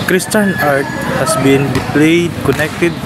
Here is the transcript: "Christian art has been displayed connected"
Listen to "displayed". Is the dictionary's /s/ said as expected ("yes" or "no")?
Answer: no